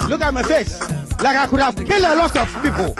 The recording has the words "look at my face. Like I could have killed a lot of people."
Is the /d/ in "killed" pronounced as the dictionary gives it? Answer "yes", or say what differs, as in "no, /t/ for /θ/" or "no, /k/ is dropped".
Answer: no, /d/ is dropped